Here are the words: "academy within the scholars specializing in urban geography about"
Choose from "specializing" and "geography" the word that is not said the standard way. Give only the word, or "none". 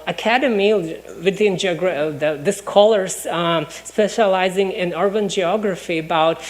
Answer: none